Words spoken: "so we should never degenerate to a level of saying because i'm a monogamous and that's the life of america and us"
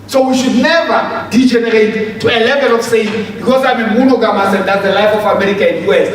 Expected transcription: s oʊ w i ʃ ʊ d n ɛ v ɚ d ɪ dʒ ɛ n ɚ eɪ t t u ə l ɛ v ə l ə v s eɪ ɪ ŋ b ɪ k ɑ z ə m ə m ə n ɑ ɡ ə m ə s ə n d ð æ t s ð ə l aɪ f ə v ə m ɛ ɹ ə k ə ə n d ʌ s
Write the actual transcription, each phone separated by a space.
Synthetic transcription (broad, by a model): s oʊ w i ʃ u d n ɛ v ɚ d ɪ dʒ ɛ n ɚ eɪ t t u ə l ɛ v ə l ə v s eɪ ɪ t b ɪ k ɑ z ə m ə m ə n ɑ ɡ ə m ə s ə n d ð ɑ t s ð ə l aɪ f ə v ə m ɛ ɹ ə k ə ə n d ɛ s